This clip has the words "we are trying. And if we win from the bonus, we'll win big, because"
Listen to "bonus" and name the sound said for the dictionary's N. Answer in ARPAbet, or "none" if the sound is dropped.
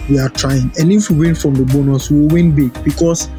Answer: N